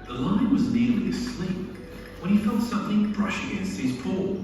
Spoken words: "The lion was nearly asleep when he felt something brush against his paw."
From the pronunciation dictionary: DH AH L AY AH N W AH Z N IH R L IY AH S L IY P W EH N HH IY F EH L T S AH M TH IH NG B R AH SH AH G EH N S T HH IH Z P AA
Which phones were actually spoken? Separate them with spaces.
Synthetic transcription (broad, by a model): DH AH L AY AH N W AH Z N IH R L IY AH S L IY P W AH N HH IY F EH L T S AH M TH IH NG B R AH SH AH G EH N S T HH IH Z P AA